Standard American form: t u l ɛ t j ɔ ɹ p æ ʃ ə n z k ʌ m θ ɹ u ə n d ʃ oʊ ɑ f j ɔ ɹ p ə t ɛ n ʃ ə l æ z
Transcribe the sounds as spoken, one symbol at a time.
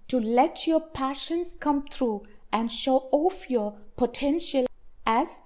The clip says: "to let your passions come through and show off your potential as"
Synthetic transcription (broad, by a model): t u l ɛ t j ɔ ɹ p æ ʃ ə n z k ʌ m t ɹ u ə n d ʃ oʊ ɑ f j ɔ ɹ p ə t ɛ n ʃ ə l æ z